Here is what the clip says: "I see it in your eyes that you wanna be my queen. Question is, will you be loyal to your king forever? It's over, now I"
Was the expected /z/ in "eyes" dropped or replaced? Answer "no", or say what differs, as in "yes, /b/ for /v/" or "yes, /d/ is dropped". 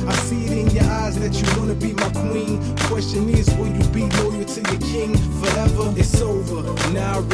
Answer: no